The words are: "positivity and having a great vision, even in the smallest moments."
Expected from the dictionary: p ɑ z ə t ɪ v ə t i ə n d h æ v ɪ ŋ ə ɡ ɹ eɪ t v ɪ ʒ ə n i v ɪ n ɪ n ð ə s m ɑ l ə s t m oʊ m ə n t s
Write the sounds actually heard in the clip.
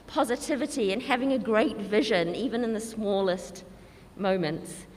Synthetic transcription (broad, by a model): p ɑ z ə t ɪ v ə t i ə n h æ v ɪ ŋ ə ɡ ɹ eɪ t v ɪ ʒ ə n i v ɪ n ɪ n ð ə s m ɑ l ə s t m oʊ m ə n t s